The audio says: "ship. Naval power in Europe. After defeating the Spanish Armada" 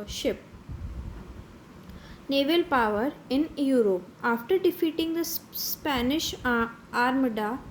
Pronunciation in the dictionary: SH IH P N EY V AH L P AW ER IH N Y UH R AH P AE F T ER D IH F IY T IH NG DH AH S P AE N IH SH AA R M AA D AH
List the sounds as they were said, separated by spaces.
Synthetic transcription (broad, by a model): SH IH P N EY V AH L P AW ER IH N Y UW R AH P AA F T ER D IH F IY T IH NG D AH S P AE N IH SH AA R M D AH